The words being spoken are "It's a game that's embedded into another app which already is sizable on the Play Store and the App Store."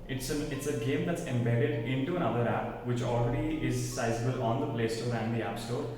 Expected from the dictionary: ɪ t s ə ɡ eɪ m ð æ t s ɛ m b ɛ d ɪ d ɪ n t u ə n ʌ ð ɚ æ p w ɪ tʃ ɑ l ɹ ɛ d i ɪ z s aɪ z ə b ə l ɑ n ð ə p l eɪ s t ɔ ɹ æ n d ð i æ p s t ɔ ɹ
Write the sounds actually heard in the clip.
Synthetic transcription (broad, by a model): ɪ t s ə ɡ eɪ m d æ t s ɛ m b ɛ d ɪ d ɪ n t u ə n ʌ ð ɚ æ p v ɪ tʃ ɑ l ɹ ɛ d i ɪ z s aɪ z ə b ə l ɑ n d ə p l eɪ s t ɔ ɹ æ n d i æ p s t ɔ ɹ